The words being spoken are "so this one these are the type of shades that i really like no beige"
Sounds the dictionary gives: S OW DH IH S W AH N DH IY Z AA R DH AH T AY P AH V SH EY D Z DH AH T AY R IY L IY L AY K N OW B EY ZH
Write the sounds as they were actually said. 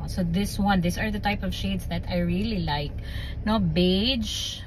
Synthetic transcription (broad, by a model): S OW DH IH S W AH N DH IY S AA R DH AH T AY P AH V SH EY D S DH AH T AY R IY L IY L AY K N OW B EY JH